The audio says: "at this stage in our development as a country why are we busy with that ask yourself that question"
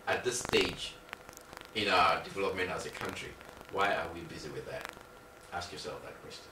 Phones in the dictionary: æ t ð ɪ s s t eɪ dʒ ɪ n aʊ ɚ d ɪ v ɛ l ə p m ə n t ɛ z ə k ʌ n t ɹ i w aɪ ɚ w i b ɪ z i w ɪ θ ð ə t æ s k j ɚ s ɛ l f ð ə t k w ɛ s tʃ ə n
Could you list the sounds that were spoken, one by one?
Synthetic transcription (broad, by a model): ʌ t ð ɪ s s t eɪ dʒ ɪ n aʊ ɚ d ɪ v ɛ l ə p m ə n ɑ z ə k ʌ n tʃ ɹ i w aɪ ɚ w i b ɪ z i w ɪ ð ə t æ s k j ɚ s ɛ l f ð ə t k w ɛ s tʃ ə n